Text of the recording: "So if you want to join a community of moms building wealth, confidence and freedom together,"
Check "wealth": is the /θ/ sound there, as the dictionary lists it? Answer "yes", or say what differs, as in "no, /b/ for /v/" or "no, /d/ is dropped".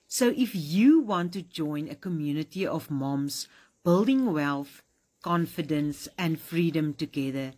yes